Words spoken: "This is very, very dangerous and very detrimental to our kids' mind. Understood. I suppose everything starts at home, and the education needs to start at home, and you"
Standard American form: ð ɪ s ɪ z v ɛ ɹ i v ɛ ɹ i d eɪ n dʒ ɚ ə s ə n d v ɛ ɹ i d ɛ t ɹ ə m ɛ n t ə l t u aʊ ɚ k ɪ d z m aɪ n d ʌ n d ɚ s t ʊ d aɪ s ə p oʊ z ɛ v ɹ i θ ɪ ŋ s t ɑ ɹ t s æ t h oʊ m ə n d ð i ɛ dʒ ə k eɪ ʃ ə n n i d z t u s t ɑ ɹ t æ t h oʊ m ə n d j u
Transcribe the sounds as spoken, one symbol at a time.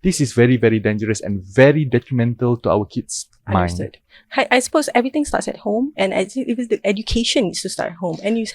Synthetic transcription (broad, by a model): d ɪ s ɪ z v ɛ ɹ i v ɛ ɹ i d eɪ n dʒ ɚ ə s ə n v ɛ ɹ i d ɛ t ɹ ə m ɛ n t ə l t u aʊ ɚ k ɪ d s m aɪ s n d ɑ t aɪ s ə p oʊ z ɛ v ɹ i t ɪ ŋ s t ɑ t s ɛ t h oʊ m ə n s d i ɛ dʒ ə k eɪ ʃ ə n n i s t u s t ɑ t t h oʊ m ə n j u